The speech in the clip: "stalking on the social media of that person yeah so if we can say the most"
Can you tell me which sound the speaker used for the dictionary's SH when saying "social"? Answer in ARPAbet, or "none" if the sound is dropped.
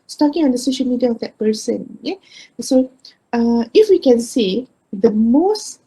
SH